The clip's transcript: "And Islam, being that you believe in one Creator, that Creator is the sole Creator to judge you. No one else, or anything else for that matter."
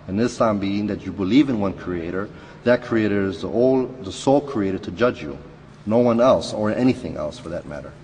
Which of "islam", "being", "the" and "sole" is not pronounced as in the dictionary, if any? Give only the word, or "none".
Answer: islam